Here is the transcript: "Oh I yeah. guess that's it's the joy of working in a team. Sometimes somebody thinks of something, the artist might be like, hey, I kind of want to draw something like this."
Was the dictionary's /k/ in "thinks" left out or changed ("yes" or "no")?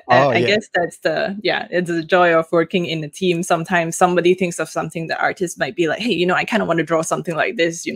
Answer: no